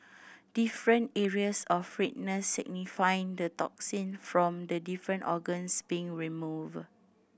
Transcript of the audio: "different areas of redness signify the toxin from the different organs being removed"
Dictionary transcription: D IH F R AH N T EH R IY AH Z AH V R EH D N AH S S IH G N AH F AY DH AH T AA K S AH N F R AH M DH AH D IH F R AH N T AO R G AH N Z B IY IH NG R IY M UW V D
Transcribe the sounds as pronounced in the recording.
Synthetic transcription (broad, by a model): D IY F R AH N T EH R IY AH S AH F R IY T N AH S S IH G N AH F AY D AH T AA K S AH N F R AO M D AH D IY F R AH N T AO G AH N S B IY IH NG R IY M UW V